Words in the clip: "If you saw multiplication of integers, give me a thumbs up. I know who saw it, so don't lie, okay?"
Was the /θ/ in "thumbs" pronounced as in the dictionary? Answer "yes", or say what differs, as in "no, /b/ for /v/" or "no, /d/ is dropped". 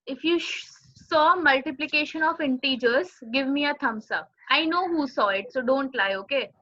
no, /t/ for /θ/